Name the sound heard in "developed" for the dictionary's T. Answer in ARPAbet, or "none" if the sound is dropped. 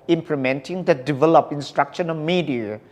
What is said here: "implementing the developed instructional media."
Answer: none